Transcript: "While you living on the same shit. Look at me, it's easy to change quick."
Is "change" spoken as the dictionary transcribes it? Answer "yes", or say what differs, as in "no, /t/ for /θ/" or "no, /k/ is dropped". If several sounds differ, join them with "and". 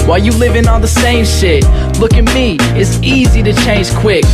no, /ʒ/ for /dʒ/